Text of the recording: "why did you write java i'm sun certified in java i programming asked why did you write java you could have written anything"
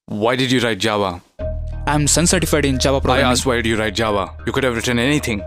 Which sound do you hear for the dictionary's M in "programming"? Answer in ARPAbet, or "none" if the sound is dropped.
none